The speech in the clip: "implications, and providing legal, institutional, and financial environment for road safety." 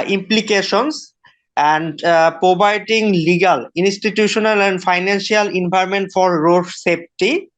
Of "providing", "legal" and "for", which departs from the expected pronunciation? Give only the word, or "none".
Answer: providing